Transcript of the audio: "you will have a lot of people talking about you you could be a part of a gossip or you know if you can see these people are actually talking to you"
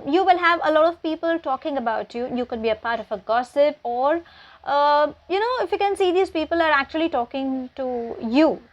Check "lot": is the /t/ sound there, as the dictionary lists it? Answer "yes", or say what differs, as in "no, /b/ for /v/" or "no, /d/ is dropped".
yes